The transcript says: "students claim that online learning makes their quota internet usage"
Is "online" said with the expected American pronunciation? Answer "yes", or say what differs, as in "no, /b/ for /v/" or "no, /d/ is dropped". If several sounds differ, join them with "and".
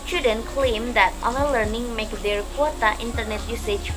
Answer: no, /l/ is dropped